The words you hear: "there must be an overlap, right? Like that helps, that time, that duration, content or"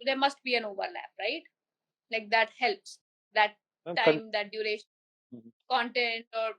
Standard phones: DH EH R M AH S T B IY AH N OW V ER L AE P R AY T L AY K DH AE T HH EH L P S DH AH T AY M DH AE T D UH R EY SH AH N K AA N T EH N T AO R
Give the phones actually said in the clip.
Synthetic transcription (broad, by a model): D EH R M AH S T B IY AH N OW V ER L AE P R AY T L AY K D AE T HH EH L P S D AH T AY M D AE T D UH R EY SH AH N K AA N T EH N T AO R